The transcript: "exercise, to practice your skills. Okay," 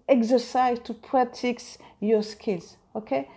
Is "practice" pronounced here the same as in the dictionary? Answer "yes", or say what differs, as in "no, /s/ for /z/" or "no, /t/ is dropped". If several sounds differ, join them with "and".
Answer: no, /k/ is dropped